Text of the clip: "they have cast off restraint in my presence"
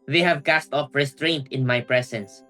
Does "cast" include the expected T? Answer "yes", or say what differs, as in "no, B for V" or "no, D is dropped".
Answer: yes